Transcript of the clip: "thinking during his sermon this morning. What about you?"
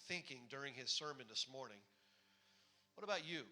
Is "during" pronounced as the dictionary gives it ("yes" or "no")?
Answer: yes